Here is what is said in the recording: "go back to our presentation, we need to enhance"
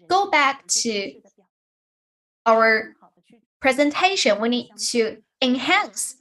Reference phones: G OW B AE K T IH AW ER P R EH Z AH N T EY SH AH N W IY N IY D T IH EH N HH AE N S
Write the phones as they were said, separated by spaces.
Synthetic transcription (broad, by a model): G OW B AE K T IH AW ER P R EH Z AH N T EY SH AH N W IY N IY D T IH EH N HH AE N S